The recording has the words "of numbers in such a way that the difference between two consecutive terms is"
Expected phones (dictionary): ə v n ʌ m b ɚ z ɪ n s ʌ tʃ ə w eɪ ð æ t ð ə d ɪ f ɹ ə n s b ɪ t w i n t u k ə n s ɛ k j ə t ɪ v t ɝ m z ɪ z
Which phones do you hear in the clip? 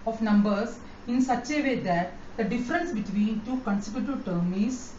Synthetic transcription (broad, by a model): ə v n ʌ m b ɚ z ɪ n s ʌ tʃ ə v eɪ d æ t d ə d ɪ f ɹ ə n s b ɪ t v i n t u k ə n s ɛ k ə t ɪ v t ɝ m ɪ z